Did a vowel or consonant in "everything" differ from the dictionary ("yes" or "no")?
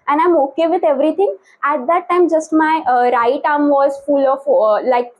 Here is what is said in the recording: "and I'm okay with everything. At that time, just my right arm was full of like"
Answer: yes